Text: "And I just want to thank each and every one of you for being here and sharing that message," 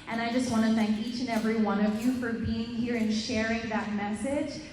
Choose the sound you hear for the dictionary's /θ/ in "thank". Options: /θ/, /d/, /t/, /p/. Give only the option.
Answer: /θ/